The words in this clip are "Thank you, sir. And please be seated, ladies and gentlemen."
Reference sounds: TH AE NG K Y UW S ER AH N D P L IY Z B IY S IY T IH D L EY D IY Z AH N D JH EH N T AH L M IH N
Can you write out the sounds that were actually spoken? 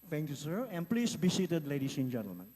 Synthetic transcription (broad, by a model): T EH NG K Y UW S ER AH N P L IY S B IY S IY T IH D L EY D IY S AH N JH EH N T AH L M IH N